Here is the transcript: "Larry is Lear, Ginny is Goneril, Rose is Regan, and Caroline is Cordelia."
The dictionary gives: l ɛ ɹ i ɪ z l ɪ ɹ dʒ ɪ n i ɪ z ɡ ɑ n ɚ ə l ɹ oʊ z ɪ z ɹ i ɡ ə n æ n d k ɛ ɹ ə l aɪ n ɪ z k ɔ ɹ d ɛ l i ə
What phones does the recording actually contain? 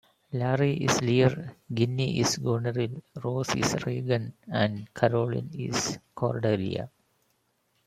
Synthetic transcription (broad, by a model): l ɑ ɹ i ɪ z l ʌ ɹ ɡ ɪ n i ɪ s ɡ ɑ n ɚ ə l ɹ oʊ s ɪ s ɹ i ɡ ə n æ n d k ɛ ɹ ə l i n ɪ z k ɔ ɹ d ɛ l i ə